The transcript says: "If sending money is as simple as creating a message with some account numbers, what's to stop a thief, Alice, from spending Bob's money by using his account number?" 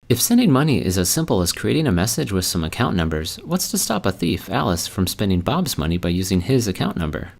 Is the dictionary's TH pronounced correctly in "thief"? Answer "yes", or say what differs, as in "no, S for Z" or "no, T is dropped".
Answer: yes